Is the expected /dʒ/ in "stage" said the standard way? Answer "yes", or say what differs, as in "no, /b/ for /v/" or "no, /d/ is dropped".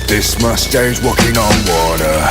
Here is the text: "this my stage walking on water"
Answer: no, /z/ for /dʒ/